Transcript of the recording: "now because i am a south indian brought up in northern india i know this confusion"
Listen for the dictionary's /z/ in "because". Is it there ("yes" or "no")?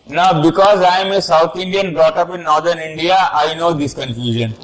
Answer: yes